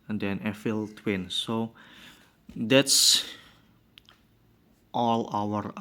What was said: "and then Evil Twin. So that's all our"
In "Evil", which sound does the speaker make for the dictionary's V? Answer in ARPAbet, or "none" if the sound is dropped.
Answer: F